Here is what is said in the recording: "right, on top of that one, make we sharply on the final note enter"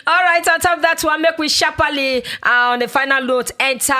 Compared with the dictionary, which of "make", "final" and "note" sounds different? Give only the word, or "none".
note